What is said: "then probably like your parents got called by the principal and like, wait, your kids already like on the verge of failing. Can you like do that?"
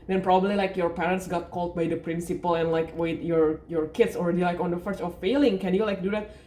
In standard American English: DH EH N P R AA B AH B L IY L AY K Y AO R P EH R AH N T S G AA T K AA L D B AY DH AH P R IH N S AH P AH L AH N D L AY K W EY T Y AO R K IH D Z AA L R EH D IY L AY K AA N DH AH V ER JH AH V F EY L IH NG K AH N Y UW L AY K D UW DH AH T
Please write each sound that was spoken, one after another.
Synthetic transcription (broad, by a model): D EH N P R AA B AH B L IY L AY K Y AO R P EH R AH N T S G AA T K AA L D B AY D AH P R IH N S AH P AH L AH N L AY K W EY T Y AO R K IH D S AA L R EH D IY L AY K AA N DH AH F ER CH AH F F EY L IH NG K AH N Y UW L AY K D UW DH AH T